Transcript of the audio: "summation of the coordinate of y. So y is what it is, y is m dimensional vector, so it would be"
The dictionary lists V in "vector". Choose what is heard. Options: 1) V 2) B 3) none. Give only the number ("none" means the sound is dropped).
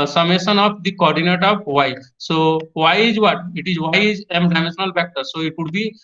2